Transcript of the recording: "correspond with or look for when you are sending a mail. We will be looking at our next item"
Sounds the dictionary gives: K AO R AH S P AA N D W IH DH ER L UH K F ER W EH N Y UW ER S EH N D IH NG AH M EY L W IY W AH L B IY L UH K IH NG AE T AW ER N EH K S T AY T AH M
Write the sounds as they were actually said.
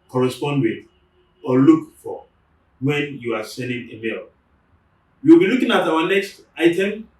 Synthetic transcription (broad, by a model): K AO R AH S P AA N D W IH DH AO L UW K F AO W EH N Y UW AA S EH N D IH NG AH M EY L W IY W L B IY L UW K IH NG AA T AW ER N EH K S T AY T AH M